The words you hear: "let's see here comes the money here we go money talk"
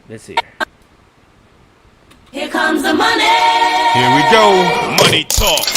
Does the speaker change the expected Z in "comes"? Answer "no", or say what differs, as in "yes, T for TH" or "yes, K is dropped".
no